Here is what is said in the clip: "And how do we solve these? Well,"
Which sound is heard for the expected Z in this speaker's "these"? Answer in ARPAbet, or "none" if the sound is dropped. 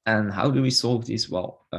S